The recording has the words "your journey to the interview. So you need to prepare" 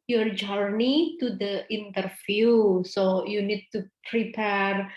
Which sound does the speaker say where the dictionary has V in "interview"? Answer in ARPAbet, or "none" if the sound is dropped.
F